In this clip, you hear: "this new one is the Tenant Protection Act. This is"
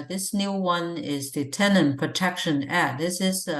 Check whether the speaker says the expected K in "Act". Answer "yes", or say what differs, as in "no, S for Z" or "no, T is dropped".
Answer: no, K is dropped